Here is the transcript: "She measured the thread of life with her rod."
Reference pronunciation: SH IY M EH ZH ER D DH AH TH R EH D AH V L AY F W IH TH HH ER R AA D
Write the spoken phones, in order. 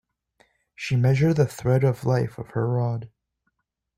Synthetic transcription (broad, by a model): SH IY M EH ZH ER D DH AH TH R EH D AH V L AY F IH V HH ER R AA D